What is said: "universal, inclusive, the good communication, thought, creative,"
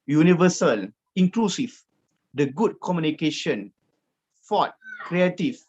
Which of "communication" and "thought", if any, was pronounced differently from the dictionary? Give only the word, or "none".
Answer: thought